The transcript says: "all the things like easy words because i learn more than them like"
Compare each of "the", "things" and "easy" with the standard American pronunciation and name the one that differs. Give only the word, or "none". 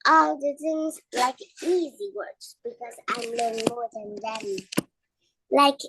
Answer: none